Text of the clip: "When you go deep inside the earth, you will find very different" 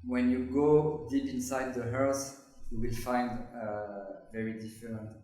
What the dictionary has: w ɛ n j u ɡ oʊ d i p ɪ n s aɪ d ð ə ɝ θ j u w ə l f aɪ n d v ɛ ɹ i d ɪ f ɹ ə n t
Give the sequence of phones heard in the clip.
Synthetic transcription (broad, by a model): w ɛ n j u ɡ oʊ d i p ɪ n s aɪ d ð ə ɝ s j u w ə l f aɪ n d v ɛ ɹ i d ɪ f ɹ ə n t